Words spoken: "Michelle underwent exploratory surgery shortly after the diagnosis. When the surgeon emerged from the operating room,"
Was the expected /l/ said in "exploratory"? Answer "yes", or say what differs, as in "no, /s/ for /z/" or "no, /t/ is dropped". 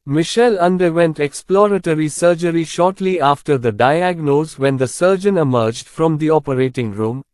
yes